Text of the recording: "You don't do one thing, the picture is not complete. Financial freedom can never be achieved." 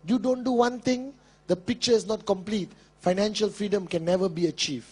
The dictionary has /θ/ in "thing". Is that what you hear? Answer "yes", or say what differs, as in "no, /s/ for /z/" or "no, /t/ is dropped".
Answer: no, /t/ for /θ/